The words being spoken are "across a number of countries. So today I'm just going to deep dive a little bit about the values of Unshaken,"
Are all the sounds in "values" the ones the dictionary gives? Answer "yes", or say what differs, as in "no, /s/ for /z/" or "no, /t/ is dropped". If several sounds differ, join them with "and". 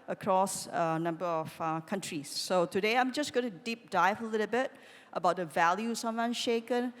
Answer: no, /s/ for /z/